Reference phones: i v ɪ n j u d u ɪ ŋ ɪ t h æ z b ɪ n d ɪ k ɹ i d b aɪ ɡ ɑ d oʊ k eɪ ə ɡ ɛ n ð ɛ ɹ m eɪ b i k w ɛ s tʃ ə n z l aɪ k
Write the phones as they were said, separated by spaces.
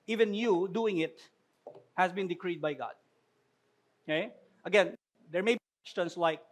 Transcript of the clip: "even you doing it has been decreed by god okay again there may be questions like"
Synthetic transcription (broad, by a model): i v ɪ n j u d u ɪ ŋ ɪ t h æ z b ɪ n d ɪ k ɹ i d b aɪ ɡ ɑ d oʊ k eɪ ə ɡ ɛ n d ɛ ɹ m eɪ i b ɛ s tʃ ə n s l aɪ k